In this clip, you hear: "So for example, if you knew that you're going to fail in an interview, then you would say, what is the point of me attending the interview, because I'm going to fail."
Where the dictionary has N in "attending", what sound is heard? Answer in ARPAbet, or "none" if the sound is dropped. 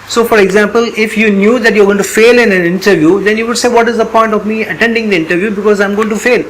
N